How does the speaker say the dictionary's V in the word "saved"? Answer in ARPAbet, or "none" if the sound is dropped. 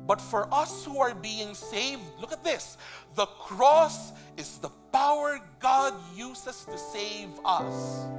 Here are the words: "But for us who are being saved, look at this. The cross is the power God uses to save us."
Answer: V